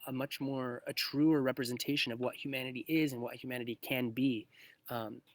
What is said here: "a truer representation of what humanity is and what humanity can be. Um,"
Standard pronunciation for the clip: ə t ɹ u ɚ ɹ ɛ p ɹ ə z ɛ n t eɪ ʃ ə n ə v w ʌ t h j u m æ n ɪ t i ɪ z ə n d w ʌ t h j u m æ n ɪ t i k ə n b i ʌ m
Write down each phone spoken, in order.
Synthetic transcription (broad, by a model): ə t ɹ u ɚ ɹ ɛ p ɹ ə z ɛ n t eɪ ʃ ə n ə v w ʌ t h j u m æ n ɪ t i ɪ z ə n w ʌ t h j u m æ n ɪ t i k ə n b i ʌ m